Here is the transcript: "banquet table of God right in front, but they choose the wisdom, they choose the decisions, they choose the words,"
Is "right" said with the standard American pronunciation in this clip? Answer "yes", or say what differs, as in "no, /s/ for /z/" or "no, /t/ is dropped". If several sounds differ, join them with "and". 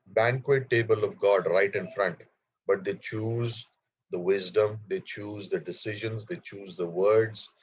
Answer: yes